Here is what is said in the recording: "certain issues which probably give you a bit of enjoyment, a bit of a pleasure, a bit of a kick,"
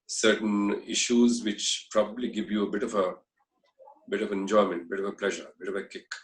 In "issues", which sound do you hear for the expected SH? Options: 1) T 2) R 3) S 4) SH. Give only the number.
4